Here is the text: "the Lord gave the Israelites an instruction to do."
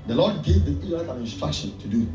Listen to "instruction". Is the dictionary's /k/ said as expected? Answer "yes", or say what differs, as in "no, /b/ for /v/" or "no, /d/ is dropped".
yes